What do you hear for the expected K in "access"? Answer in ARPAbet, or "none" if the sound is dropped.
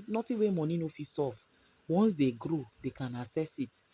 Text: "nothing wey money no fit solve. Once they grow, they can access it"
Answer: none